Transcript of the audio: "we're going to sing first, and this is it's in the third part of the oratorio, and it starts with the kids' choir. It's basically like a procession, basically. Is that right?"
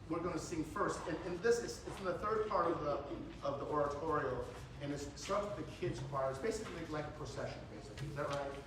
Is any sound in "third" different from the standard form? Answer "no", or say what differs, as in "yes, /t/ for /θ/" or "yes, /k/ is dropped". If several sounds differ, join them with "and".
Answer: no